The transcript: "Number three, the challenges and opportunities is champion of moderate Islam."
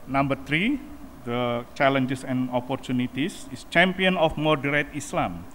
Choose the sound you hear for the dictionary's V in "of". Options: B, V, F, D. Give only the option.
F